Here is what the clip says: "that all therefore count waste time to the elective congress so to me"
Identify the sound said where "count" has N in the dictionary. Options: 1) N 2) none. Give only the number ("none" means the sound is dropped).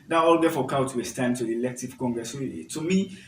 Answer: 2